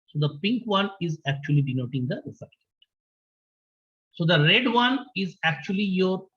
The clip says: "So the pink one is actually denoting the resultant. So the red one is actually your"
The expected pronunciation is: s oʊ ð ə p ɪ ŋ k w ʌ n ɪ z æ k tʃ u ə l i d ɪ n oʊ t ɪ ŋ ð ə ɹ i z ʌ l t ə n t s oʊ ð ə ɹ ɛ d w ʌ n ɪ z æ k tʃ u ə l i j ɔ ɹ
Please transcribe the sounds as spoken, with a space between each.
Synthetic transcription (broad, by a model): s oʊ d ə p ɪ ŋ k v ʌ n ɪ z æ k tʃ u ə l i d ɪ n oʊ t ɪ ŋ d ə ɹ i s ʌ t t s oʊ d ə ɹ ɛ d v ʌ n ɪ z æ k tʃ u ə l i j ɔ ɹ